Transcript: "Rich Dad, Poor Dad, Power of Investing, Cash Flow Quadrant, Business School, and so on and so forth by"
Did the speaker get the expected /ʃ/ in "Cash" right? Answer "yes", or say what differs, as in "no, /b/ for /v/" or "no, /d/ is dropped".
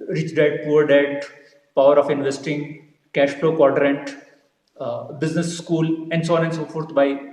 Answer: yes